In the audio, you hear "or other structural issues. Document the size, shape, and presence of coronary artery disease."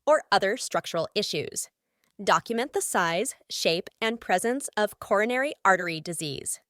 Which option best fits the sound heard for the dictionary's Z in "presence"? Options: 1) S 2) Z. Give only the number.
2